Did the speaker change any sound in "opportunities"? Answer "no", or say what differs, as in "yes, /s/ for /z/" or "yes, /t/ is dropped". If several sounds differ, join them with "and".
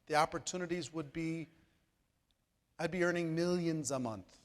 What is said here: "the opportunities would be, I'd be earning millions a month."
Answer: no